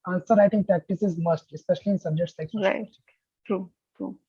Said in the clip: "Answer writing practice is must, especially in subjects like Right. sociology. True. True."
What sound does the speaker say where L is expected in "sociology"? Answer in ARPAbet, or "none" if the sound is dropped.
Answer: none